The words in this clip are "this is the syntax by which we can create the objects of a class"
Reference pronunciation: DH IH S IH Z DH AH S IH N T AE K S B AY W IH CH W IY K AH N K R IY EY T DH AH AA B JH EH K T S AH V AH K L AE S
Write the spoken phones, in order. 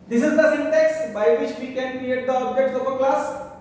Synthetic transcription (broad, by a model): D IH S IH Z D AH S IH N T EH K S B AY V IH CH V IY K AH N K R IY EY T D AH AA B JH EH T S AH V AH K L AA S